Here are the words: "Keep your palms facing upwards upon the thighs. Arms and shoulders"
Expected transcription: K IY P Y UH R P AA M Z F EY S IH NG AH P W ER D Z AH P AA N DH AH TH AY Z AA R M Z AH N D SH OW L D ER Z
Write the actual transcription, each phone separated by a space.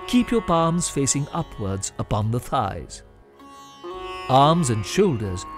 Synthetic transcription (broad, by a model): K IY P Y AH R P AA M Z F EY S IH NG AH P W ER D Z AH P AA N DH AH TH AY Z AA R M Z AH N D SH OW L D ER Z